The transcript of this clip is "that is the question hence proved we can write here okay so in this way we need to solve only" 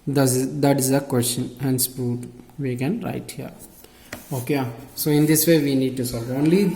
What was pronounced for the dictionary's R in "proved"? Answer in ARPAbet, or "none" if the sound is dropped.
none